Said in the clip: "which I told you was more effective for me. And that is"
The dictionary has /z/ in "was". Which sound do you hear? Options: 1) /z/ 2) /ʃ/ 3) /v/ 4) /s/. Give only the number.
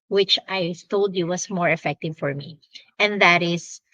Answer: 4